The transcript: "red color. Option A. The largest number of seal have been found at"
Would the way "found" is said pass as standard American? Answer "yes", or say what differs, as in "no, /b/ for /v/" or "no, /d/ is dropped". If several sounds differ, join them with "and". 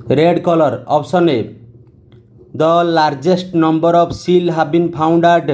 no, /p/ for /f/